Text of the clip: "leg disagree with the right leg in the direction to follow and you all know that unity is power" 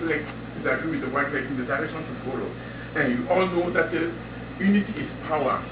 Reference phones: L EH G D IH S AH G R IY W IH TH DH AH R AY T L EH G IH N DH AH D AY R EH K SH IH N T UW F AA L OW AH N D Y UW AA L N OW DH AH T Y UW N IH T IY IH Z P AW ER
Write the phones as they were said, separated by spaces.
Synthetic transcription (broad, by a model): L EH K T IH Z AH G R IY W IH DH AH W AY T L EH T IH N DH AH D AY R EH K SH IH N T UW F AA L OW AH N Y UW AA L N OW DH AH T Y UW N IH T IY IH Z P AW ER